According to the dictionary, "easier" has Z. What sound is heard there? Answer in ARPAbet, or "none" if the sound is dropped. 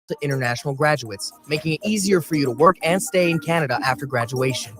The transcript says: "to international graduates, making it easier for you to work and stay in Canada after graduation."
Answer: Z